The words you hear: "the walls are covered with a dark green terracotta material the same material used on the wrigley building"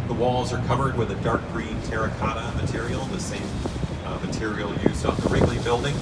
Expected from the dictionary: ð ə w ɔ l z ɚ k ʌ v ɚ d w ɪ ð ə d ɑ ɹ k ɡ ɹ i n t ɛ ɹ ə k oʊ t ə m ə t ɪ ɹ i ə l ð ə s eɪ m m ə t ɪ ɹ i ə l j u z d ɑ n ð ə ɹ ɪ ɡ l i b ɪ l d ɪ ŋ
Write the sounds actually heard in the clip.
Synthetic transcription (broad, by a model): ð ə w ɔ l z ɚ k ʌ v ɚ d w ɪ ð ə d ɑ ɹ k ɡ ɹ i n t ɛ ɹ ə k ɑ t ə m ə t ɪ ɹ i l ð ə s eɪ m m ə t ɪ ɹ i l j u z ɑ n ð ə ɹ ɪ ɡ l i b ɪ l d ɪ ŋ